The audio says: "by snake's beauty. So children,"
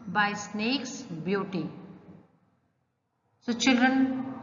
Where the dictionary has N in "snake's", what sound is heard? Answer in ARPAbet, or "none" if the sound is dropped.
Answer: N